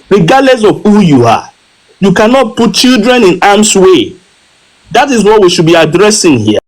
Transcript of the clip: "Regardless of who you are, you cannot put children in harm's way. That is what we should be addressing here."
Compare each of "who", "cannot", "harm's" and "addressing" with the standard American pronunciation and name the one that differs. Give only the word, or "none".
harm's